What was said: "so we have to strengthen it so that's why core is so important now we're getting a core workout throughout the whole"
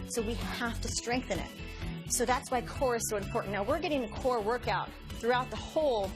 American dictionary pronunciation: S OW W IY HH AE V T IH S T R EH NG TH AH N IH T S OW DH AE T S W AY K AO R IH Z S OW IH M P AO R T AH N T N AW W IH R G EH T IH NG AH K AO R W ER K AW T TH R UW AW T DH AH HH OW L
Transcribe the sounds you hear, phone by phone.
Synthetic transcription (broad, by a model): S OW W IY HH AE F T IH S T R EH NG TH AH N IH T S OW DH AE T S W AY K AO R IH Z S OW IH M P AO R T N N AW W IH R G EH T IH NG AH K AO R W ER K AW T TH R UW AW T DH AH HH OW L